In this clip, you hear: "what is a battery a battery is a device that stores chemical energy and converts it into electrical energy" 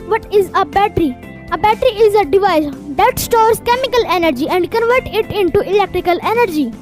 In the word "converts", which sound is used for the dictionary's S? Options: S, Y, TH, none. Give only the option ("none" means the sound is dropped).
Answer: none